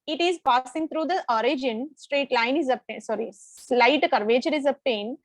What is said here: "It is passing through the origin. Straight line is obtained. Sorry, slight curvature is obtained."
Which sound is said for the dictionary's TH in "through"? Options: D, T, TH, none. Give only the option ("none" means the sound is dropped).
T